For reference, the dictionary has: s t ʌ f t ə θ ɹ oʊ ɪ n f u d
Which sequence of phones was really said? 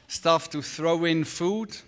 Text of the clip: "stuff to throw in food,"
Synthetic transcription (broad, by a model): s t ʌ f t ə θ ɹ oʊ ɪ n f u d